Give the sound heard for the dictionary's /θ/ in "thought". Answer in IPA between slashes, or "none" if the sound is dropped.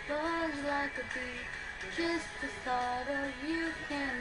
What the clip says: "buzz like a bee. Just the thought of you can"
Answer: /s/